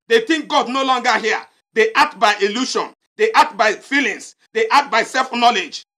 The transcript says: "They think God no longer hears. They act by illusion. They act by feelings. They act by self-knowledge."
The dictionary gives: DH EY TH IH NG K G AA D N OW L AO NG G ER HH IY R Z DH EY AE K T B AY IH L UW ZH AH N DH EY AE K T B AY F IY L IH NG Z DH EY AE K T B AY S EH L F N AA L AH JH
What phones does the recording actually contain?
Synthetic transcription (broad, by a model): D EY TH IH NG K G AA D N OW L AO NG G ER HH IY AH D EY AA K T B AY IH L UW SH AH N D EY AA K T B AY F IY L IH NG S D EY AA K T B AY S EH L F N AA L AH JH